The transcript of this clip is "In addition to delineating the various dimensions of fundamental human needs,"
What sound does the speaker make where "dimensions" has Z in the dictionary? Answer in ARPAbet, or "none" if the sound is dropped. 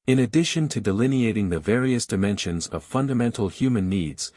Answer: Z